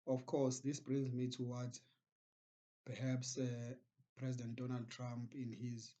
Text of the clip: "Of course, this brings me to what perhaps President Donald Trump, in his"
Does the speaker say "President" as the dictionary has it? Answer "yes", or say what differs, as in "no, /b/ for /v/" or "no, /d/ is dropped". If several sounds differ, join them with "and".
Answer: yes